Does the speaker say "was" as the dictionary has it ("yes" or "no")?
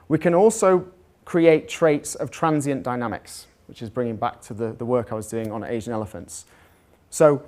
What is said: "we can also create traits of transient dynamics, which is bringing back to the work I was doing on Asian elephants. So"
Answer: yes